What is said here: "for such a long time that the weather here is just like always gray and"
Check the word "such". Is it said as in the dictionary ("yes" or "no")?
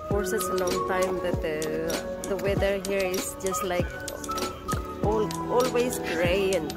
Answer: no